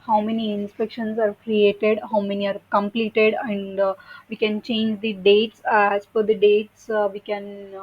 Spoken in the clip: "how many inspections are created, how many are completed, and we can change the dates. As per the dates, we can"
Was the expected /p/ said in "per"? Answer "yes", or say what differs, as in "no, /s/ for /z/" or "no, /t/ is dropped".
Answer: no, /f/ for /p/